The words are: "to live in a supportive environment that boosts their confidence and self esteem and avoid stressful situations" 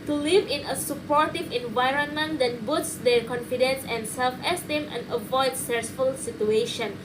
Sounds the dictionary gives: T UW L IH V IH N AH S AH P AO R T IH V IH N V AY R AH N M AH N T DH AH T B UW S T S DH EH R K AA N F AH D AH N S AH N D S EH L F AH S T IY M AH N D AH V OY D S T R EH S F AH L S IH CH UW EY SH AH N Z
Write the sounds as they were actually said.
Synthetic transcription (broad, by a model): T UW L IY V IH N AH S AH P AO R T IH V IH N V AY R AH N M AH N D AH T B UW T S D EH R K AA N F AH D AH N S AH N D S EH L F AH S T IY M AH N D AH V OY D S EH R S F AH L S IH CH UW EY SH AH N